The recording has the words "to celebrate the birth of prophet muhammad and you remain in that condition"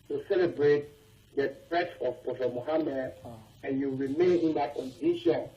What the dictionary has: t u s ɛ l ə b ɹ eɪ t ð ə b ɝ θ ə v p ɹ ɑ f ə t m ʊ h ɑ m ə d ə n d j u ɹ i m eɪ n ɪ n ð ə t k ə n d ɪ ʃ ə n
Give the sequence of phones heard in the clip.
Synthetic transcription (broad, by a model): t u s ɛ l ə b ɹ eɪ t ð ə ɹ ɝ s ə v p ɑ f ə m ʊ h ɑ m ə d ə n j u ɹ i m eɪ n ɪ n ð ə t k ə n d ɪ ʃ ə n